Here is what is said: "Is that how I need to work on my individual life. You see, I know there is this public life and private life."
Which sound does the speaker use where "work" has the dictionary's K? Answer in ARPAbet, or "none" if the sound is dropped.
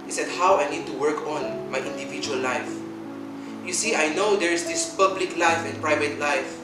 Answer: K